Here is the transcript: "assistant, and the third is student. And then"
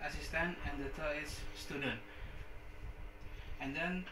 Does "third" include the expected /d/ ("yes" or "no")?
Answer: no